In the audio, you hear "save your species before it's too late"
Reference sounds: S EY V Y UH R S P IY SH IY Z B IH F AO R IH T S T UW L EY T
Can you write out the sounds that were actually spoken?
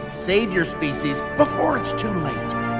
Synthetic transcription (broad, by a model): S EY V Y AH R S P IY SH IY Z B IH F AO R IH T S T UW L EY T